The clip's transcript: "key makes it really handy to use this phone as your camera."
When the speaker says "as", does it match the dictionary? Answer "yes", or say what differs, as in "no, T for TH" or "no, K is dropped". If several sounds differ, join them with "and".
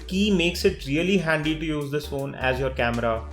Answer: yes